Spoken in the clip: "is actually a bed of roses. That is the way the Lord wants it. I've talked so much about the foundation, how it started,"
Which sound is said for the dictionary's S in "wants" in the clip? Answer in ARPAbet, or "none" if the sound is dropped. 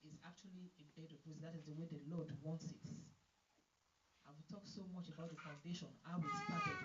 S